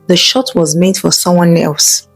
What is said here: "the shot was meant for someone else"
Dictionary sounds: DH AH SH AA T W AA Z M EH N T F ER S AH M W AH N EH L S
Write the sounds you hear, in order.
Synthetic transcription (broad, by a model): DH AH SH AA T W AA Z M EH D F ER S AH M W AH N EH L S